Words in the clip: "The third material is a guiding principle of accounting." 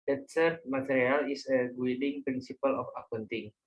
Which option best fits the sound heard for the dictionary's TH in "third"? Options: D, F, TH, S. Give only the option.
S